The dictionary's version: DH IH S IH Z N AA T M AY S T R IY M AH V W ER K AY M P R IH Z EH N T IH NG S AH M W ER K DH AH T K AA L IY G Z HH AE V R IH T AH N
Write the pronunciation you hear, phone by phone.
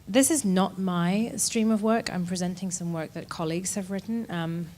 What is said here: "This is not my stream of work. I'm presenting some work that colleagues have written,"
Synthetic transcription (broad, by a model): DH IH S IH Z N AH T M AY S T R IY M AH V W ER K AY M P R IH Z EH N T IH NG S AH M W ER K DH AH T K AA L IY G Z HH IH V R IH T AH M